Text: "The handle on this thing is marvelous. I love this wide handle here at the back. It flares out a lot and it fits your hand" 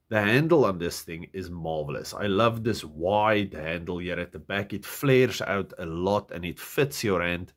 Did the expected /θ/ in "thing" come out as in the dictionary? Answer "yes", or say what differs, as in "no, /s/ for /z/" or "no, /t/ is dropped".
yes